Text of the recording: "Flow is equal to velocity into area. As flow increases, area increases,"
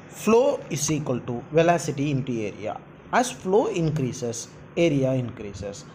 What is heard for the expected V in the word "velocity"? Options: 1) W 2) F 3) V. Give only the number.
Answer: 3